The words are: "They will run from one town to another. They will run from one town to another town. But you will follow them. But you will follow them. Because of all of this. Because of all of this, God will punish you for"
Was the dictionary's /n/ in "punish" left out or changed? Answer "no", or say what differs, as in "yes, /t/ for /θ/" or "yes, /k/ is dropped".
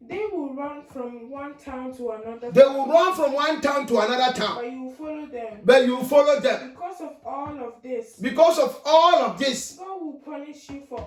no